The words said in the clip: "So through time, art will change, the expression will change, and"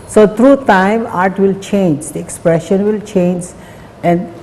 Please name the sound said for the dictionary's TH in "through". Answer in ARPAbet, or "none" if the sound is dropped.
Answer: T